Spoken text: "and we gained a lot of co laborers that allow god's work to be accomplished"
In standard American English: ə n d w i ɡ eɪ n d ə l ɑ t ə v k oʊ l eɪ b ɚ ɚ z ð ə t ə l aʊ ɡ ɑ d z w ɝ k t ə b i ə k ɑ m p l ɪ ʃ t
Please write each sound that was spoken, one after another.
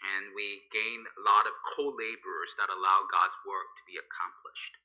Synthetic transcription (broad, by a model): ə n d w i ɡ eɪ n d ə l ɑ t ə v k oʊ l eɪ b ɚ ɚ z ð ə t ə l aʊ ɡ ɑ d z w ɝ k t ə b i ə k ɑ m p l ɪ ʃ t